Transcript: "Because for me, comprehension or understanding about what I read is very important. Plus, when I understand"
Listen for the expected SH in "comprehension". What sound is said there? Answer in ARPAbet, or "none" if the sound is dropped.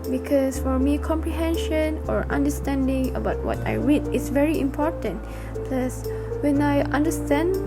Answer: SH